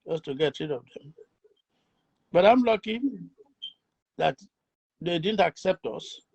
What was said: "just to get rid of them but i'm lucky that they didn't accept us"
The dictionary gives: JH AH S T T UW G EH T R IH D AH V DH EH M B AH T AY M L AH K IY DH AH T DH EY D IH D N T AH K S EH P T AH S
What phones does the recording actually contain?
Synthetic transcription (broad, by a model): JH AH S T T UW G EH T R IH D AH V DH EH M B AH T AY M L AH K IY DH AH T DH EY D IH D N T AH K S EH P T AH S